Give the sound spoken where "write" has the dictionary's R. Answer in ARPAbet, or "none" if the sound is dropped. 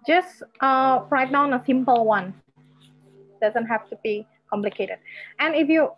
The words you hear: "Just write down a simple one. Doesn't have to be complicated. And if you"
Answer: R